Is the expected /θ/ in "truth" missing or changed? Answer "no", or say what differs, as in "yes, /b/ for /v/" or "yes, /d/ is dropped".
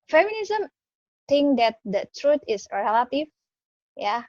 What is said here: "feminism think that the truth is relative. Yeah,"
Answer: yes, /t/ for /θ/